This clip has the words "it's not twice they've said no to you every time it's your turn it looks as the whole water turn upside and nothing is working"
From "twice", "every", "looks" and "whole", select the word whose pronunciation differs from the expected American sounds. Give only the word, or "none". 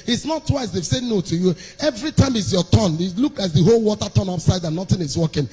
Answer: looks